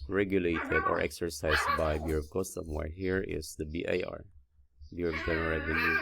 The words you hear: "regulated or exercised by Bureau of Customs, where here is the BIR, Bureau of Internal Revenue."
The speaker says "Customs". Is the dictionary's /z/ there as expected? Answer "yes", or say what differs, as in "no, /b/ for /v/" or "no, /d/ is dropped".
no, /z/ is dropped